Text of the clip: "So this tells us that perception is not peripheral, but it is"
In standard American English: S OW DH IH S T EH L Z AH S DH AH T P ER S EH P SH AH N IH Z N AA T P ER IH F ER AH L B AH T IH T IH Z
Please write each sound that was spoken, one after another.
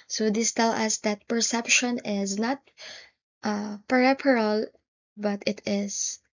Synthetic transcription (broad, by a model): S OW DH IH S T EH L AH S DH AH T P ER S EH P SH AH N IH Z N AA T P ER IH P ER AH L B AH T IH T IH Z